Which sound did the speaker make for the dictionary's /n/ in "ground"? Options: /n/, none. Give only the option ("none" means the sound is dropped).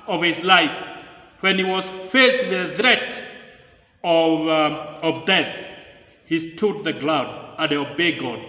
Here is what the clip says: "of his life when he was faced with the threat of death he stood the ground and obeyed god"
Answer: none